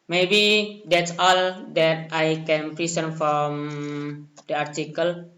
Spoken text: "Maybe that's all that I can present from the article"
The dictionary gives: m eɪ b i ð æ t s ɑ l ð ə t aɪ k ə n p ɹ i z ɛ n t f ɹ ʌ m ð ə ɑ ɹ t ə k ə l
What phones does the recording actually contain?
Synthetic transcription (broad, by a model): m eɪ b i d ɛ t s ɑ l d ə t aɪ k ə n p ɹ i s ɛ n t f ɹ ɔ m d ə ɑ ɹ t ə k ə l